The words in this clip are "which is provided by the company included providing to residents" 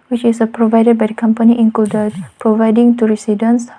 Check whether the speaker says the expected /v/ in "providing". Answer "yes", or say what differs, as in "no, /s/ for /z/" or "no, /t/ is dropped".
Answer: yes